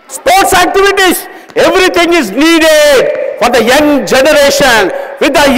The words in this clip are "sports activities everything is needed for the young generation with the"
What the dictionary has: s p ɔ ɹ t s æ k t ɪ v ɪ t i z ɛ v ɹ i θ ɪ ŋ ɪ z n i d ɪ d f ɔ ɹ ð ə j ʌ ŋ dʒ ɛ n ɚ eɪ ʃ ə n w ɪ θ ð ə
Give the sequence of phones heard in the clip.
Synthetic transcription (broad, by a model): s p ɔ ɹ t s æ k t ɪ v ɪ t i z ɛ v ɹ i t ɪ ŋ ɪ z n i d ɪ d f ɔ ɹ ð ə j ʌ ŋ dʒ ɛ n ɚ eɪ ʃ ə n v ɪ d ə